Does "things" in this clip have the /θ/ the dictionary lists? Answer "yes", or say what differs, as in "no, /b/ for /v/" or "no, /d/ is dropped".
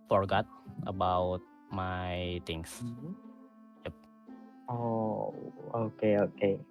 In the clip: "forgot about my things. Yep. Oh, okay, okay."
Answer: no, /t/ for /θ/